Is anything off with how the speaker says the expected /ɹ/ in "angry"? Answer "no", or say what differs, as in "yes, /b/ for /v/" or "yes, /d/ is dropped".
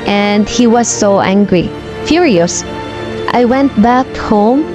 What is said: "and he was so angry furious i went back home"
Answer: no